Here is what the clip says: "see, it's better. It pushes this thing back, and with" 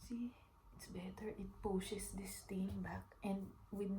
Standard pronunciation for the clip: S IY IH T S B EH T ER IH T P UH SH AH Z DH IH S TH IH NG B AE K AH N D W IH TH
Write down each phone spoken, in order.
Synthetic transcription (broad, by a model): S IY IH T S B EH T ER IH T P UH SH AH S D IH S T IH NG B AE K AH N D W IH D